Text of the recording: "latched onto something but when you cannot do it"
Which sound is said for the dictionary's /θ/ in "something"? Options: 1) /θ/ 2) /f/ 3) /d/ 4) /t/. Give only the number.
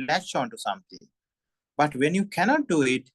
4